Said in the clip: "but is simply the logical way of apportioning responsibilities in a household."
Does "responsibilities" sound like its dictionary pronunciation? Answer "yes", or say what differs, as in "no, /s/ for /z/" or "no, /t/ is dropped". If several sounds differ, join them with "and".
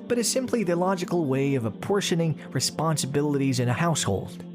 yes